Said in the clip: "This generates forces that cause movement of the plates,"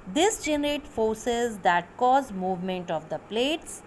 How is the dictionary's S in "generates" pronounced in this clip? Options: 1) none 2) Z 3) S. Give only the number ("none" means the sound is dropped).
1